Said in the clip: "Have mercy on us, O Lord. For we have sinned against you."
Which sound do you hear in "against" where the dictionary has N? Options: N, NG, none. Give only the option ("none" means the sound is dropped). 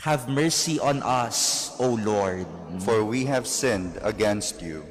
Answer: N